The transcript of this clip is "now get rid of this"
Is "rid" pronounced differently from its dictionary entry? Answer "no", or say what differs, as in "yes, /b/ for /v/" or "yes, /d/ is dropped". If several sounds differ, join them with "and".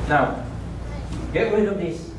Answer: yes, /w/ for /ɹ/